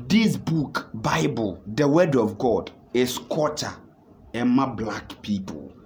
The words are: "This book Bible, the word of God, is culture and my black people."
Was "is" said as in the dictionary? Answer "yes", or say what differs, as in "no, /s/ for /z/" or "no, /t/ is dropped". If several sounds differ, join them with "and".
no, /s/ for /z/